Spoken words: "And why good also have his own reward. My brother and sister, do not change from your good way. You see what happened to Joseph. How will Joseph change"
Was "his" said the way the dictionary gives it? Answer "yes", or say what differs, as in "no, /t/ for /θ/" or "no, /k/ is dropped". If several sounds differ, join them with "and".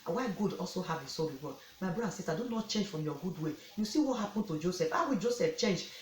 no, /s/ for /z/